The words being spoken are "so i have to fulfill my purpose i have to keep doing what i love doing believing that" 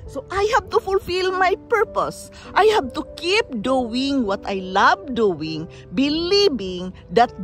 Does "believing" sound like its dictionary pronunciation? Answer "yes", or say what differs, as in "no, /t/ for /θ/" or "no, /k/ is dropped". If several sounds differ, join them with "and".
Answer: no, /b/ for /v/